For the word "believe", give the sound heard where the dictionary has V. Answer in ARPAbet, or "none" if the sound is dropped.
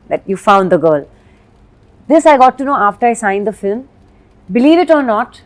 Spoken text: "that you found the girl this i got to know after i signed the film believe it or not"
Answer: V